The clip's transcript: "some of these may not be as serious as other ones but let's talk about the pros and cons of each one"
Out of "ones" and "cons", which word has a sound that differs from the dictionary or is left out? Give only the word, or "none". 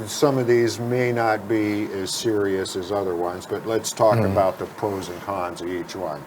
none